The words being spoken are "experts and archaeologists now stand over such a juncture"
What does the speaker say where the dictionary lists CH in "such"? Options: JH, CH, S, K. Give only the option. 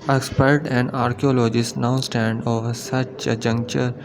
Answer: CH